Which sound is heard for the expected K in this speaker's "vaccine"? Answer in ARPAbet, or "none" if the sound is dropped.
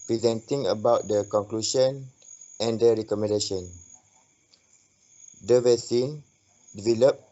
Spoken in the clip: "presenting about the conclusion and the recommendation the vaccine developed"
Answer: none